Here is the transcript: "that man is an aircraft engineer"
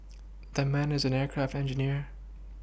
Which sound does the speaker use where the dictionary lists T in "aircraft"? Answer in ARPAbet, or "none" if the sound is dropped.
T